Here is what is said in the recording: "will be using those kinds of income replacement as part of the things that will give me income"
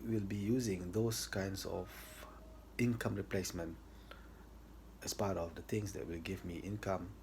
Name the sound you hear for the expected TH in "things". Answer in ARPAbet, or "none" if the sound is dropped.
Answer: T